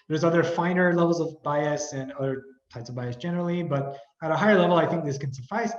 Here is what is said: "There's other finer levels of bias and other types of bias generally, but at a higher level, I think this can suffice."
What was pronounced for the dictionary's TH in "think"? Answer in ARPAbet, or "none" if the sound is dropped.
TH